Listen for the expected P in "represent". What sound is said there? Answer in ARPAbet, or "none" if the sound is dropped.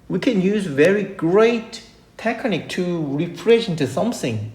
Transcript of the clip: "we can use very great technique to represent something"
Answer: F